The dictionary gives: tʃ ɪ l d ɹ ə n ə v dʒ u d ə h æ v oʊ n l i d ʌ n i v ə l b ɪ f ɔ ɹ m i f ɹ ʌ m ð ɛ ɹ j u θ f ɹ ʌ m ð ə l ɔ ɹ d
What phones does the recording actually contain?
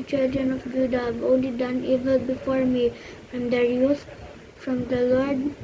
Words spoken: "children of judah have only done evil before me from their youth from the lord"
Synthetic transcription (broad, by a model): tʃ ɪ l d ɹ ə n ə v dʒ u d ə h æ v oʊ n l i d ʌ n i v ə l b ɪ f ɔ ɹ m i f ɹ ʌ m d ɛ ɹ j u s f ɹ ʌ m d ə l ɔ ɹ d